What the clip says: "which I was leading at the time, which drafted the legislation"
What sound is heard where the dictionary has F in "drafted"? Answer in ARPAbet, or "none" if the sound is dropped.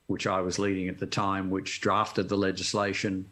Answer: F